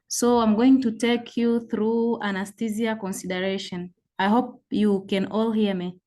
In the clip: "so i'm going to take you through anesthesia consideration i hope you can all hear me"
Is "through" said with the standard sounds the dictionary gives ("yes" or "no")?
yes